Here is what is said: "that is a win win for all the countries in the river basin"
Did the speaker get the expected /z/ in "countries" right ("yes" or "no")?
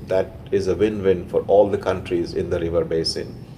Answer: yes